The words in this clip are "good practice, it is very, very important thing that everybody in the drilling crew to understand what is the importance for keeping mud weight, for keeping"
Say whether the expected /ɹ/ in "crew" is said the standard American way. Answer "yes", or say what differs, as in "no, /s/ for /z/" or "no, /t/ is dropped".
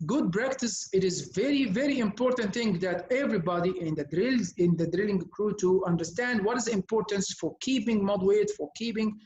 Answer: yes